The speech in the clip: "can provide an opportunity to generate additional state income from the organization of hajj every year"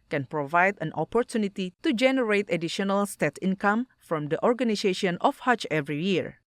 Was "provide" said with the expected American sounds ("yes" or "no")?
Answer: yes